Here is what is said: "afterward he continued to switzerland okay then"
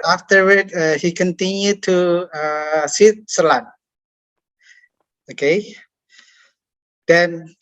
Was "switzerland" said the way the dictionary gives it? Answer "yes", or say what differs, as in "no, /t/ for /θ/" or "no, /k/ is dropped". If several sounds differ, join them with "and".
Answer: no, /d/ is dropped